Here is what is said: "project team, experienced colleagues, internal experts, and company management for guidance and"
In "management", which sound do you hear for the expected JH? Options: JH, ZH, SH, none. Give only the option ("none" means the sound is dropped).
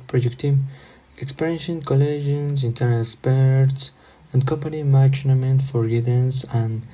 none